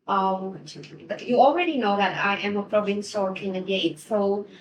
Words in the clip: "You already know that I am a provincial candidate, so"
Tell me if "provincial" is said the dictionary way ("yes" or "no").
no